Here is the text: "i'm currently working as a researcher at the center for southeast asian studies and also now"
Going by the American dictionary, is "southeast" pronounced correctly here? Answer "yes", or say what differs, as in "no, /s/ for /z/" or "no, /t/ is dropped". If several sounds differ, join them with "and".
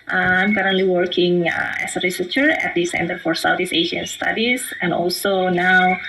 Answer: no, /t/ is dropped